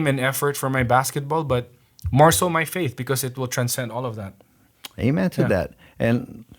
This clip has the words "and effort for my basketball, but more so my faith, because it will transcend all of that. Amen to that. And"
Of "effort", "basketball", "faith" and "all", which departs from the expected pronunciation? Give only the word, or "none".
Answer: none